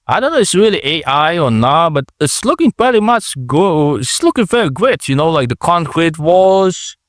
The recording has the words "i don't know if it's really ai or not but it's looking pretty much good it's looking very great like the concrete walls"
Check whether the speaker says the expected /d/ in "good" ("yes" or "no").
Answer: no